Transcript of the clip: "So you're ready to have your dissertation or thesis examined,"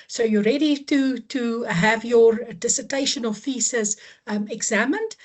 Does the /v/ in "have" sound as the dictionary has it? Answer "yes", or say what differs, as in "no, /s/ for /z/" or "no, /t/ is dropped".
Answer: yes